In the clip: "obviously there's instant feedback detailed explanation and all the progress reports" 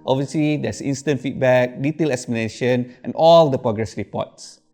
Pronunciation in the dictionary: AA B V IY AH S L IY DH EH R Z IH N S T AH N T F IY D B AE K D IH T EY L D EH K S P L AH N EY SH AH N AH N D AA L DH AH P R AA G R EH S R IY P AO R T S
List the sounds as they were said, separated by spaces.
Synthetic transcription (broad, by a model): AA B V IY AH S L IY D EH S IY N S T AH N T F IY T B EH K D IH T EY L EH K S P AH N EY SH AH N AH N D AA L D AH P R AA G R EH S R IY P AO T S